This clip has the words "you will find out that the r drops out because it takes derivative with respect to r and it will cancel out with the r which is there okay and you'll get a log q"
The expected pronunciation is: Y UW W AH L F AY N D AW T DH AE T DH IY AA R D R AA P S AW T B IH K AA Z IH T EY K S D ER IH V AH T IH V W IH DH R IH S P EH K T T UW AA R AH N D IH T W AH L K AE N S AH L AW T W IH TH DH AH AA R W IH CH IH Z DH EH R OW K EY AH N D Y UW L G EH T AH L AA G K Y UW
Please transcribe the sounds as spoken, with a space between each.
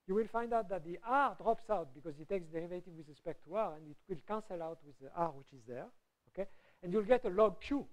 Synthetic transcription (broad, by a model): Y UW W AH L F AY N D AW T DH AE T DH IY AA R D R AA P S AW T B IH K AA Z IH T EY K S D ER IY V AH T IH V W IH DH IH S P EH K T T UW AA R AH N D IH T W AH L K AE N S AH L AW T W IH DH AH AA R W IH CH IH Z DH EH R OW K EY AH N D Y UW L G EH T AH L AA G K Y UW